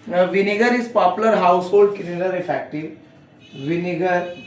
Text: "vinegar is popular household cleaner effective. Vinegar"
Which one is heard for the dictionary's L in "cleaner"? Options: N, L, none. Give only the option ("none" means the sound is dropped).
N